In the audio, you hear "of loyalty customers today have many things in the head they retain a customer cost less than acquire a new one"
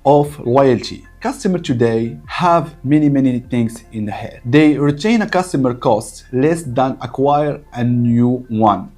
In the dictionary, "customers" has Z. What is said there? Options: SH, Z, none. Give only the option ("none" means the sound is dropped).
none